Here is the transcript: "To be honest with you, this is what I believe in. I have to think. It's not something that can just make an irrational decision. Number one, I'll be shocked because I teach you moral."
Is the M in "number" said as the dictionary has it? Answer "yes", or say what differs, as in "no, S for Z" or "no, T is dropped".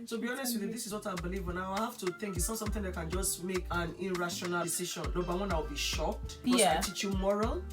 no, M is dropped